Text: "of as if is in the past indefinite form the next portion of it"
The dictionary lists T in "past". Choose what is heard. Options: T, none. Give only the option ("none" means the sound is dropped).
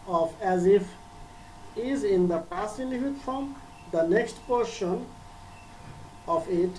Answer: none